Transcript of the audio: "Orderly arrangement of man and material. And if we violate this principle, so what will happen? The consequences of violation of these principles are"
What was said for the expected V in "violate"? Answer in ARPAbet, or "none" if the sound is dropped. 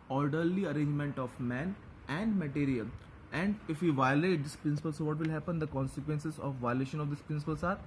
V